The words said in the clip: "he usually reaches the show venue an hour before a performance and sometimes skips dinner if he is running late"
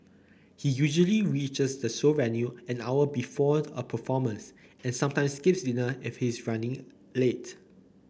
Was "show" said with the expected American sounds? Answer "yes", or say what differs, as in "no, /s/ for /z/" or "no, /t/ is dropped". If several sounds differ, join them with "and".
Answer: no, /s/ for /ʃ/